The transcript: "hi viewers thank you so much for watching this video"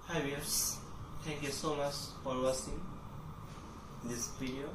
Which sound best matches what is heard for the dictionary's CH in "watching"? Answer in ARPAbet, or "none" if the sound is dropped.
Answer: S